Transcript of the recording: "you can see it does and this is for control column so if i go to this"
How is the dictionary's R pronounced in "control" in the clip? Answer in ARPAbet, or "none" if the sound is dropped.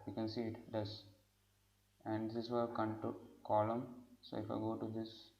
none